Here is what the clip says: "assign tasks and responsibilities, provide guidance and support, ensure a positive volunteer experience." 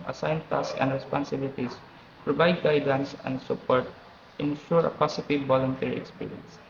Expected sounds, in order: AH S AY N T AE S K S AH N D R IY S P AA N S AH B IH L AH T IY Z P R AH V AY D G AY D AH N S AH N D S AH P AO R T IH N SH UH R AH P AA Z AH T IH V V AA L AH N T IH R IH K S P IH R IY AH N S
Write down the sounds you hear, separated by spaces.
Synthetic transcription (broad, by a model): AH S AY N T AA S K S AH N D R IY S P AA N S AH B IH L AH T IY S P R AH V AY D G AY D AH N S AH N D S AH P AO R T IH N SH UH R AH P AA S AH T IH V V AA L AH N T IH R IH K S P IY R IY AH N S